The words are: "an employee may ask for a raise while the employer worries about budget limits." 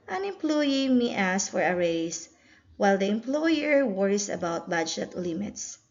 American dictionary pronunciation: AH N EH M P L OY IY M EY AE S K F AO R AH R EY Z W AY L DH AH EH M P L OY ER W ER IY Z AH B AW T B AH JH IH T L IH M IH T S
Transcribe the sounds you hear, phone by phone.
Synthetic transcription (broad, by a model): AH N EH M P L OY IY M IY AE S F AO R AH R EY S W AY L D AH EH M P L OY ER W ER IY S AH B AW T B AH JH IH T L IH M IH T S